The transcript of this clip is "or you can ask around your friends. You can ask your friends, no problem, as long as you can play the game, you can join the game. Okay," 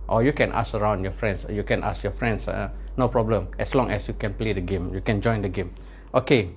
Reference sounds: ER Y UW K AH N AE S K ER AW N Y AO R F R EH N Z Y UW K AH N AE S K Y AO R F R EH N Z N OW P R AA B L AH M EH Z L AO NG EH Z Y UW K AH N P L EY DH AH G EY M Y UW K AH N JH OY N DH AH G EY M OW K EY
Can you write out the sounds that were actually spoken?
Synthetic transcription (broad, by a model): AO Y UW K AH N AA S ER AW N Y AO F R EH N S Y UW K AH N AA S Y AO F R EH N S N OW P R AA B L AH M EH S L AO NG EH S Y UW K AH N P L EY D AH G EY M Y UW K AH N JH OY N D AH G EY M OW K EY